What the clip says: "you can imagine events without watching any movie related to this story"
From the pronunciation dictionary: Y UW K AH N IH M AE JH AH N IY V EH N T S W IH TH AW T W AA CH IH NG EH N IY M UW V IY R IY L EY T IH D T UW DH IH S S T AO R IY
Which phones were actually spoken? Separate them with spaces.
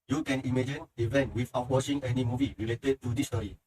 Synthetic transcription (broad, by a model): Y UW K AH N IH M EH JH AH N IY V EH N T W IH F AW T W AA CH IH NG EH N IY M UW V IY R IY L EY T IH D T UW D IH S S T AO R IY